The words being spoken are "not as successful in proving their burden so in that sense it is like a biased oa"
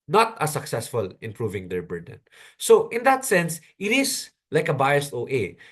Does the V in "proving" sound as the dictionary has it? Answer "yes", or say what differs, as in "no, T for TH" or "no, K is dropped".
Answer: yes